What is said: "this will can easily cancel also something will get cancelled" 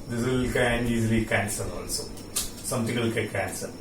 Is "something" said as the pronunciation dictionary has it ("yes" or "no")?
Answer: no